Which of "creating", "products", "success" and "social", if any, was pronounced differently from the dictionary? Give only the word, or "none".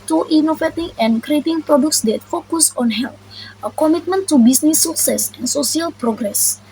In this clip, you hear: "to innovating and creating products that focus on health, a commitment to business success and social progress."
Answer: social